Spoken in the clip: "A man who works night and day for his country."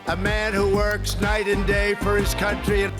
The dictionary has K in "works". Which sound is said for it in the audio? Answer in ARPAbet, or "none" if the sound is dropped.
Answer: K